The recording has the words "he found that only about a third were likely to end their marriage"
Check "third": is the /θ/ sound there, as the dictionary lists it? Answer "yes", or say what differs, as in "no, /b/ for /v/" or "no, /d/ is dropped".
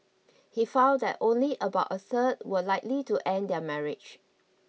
no, /s/ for /θ/